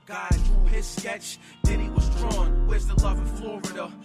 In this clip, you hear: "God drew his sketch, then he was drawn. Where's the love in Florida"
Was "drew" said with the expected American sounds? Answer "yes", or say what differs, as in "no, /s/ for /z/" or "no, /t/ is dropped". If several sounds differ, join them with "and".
no, /ɹ/ is dropped